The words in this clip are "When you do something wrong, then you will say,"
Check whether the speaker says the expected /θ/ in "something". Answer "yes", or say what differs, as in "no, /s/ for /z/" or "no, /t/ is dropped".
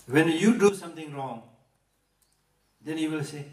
no, /t/ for /θ/